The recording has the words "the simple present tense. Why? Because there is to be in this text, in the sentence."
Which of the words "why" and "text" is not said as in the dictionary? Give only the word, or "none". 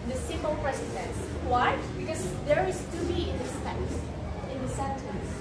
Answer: text